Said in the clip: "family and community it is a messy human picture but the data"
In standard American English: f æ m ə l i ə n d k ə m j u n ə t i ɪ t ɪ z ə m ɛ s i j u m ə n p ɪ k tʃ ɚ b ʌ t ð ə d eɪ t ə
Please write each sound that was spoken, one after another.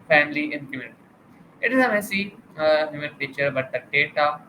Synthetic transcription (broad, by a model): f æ m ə l i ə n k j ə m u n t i ɪ t ɪ z ə m ɛ s i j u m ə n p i tʃ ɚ b ʌ t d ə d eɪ t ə